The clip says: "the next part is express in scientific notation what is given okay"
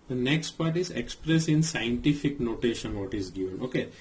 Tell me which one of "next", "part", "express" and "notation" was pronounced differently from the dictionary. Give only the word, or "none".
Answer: none